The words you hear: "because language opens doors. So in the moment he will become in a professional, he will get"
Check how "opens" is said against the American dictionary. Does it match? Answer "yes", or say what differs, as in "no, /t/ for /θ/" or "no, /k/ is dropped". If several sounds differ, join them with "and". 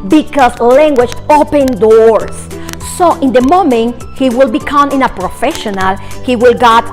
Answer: no, /z/ is dropped